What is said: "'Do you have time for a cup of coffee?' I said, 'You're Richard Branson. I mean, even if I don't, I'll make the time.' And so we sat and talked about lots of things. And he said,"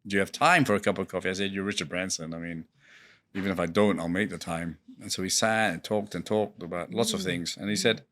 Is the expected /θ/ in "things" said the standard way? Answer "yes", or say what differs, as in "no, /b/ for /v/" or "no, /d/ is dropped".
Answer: yes